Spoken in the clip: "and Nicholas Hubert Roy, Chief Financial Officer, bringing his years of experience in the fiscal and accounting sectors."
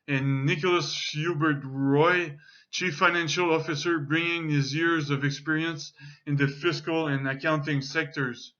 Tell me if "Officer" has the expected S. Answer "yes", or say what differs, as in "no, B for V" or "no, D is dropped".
yes